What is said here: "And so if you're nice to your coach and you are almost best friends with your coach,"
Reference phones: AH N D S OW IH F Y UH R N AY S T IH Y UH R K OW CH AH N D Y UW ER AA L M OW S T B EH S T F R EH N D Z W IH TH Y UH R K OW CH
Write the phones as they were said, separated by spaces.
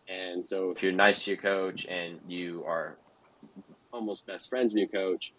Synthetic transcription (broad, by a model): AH N S OW IH F Y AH R N AY S T IH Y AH R K OW CH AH N Y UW ER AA L M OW S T B EH S T F R EH N D Z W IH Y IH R K OW CH